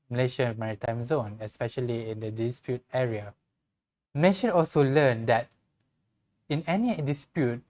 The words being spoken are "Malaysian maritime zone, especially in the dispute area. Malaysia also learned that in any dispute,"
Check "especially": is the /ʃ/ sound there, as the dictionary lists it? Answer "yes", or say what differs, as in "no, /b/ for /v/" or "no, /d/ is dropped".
yes